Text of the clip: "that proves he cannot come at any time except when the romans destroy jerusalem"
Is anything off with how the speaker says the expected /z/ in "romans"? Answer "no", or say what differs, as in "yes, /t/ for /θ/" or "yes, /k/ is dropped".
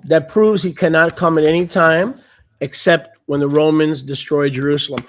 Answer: no